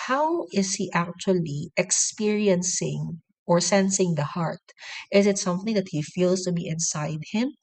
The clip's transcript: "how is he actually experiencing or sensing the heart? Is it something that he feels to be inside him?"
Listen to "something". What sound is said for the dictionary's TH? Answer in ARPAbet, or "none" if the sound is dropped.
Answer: TH